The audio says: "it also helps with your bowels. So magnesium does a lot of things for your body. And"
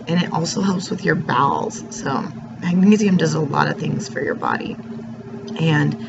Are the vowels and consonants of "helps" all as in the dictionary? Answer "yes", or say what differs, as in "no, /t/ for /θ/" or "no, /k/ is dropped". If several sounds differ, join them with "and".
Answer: yes